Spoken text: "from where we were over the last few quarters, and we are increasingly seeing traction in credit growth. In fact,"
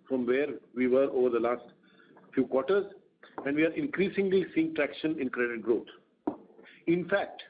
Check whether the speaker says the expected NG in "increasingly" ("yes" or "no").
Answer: yes